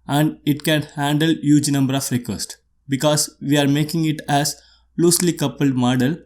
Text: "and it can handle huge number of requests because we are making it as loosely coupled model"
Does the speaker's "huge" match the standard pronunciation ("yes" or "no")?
yes